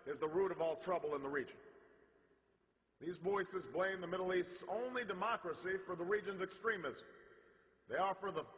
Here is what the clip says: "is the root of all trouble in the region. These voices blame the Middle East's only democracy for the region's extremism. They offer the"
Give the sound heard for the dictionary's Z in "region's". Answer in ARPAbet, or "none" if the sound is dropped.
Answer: Z